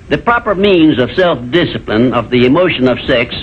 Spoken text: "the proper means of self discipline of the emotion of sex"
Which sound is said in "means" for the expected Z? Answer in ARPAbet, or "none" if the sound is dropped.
Z